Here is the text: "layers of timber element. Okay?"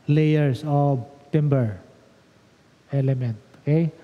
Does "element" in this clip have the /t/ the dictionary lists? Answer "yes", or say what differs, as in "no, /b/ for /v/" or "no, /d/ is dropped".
yes